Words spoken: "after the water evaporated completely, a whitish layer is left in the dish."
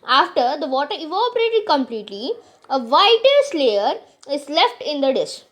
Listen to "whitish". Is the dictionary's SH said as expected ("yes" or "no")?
no